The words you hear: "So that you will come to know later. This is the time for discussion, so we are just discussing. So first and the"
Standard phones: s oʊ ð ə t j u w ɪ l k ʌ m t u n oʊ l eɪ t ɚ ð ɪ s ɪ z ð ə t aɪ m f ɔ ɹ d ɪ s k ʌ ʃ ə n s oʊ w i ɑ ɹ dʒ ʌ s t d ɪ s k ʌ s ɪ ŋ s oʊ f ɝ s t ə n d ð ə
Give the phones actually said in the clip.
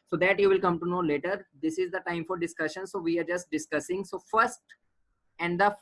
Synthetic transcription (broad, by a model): s oʊ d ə t j u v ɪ l k ʌ m t u n oʊ l eɪ t ɚ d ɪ s ɪ z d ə t aɪ m f ɔ ɹ d ɪ s k ʌ ʃ ə n s oʊ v i ɑ ɹ dʒ ʌ s t d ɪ s k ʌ s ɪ ŋ s oʊ f ɝ s t ə n d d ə